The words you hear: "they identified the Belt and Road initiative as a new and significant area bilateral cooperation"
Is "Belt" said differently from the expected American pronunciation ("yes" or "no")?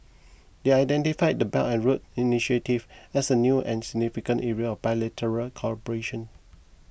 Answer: yes